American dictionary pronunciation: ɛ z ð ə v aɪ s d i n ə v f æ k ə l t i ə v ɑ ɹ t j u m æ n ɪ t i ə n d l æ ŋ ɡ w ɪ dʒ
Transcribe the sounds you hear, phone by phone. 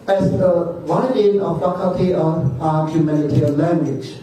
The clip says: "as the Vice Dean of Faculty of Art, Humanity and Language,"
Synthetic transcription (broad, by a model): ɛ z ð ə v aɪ d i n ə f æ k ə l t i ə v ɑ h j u m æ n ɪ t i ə l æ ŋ ɡ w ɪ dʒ